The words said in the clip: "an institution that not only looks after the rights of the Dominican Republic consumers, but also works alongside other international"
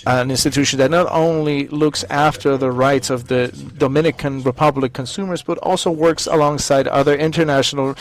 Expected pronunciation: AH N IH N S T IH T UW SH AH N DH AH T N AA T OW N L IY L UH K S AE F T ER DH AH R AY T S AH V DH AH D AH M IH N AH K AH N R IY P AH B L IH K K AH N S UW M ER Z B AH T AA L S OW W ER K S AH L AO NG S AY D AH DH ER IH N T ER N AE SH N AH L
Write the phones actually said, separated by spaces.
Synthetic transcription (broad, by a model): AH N IH N S T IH T UW SH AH N DH AH T N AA T OW N L IY L UH K S AE F T ER DH AH R AY T S AH V DH AH D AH M IH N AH K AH N R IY P AH B L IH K K AH N S UW M ER Z B AH T AA L S OW W ER K S AH L AO NG S AY D AH DH ER IH N T ER N AE SH N L